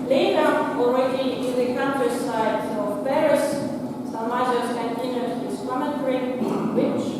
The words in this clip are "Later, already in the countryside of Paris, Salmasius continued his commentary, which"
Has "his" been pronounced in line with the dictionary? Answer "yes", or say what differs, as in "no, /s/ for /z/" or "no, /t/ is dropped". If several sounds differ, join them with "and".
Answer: no, /s/ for /z/